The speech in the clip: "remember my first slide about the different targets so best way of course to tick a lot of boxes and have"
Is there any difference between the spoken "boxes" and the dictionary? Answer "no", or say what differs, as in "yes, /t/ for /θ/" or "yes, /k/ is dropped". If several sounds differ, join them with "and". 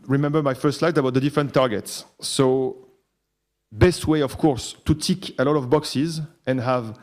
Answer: no